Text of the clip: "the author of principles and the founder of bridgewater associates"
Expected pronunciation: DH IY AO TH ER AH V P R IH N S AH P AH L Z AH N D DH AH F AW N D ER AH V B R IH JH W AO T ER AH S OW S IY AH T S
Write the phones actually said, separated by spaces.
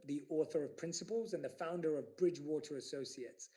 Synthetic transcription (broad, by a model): DH IY AO TH ER AH V P R IH N S AH P AH L Z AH N DH AH F AW N D ER AH V B R IH JH W AO T ER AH S OW S IY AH T S